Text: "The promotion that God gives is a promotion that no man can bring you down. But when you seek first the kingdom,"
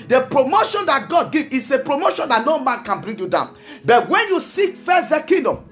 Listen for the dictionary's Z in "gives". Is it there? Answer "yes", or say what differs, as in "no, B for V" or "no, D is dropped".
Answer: no, Z is dropped